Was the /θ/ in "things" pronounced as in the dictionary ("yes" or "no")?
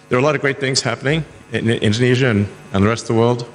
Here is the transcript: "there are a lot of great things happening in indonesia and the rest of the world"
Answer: yes